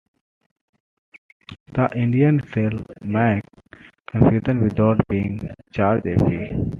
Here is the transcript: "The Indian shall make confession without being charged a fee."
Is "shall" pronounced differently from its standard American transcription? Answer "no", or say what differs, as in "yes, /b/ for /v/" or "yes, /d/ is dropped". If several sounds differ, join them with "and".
yes, /s/ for /ʃ/